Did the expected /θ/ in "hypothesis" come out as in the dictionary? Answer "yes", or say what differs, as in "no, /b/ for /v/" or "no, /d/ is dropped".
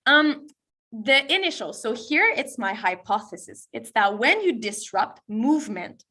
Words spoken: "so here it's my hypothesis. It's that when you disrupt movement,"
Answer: yes